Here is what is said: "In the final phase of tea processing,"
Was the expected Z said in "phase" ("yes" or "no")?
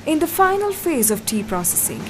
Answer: yes